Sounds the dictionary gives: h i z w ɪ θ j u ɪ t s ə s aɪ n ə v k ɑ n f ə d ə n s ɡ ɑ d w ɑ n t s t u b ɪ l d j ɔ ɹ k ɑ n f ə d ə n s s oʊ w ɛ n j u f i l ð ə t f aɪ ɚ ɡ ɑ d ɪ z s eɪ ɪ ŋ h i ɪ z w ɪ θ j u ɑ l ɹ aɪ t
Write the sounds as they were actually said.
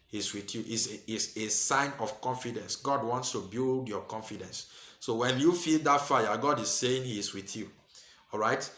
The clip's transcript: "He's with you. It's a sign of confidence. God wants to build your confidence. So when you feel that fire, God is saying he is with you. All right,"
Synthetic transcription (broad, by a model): h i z w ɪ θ j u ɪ s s ə s aɪ n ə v k ɑ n f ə d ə n s ɡ ɑ d w ɑ n t s t u b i l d j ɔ k ɑ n f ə d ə n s s oʊ w ɛ n j u f i l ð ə t f aɪ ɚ ɡ ɑ d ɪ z s eɪ ɪ ŋ h i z w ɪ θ j u ɑ l ɹ aɪ t